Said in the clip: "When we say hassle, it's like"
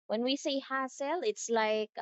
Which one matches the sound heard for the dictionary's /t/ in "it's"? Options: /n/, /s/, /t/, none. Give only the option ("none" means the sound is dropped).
/t/